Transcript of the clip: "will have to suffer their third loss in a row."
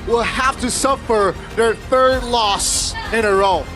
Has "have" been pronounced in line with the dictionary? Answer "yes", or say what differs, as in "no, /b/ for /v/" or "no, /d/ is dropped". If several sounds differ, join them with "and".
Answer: no, /f/ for /v/